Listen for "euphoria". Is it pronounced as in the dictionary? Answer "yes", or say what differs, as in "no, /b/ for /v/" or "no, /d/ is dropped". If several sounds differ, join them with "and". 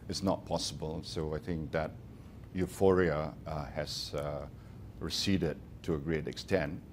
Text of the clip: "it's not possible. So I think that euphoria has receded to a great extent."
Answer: yes